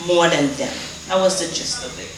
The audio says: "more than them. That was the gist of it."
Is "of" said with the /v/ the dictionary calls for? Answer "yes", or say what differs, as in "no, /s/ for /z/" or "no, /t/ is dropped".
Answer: no, /b/ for /v/